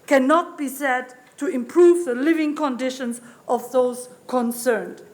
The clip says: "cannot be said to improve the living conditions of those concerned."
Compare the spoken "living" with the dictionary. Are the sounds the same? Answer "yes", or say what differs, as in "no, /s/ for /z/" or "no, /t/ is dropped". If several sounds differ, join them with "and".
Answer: yes